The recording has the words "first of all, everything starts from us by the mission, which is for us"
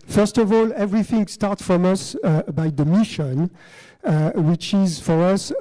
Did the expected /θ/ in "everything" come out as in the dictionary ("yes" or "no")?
yes